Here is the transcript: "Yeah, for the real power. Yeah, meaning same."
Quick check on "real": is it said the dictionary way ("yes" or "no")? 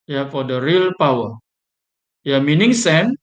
yes